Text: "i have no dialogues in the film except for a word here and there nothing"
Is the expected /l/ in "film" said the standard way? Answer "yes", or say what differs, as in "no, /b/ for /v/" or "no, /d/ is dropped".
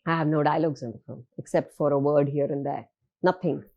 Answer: no, /l/ is dropped